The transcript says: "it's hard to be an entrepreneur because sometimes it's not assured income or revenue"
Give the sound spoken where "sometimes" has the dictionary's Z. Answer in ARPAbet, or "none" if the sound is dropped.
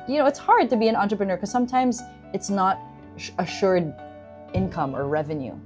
Z